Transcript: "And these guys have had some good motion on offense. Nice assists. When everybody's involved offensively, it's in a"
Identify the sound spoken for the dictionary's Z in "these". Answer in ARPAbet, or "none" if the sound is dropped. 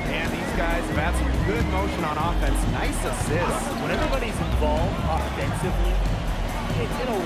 Z